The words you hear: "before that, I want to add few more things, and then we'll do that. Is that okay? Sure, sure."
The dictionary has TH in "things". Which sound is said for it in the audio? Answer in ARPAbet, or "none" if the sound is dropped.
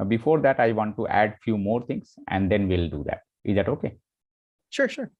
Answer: T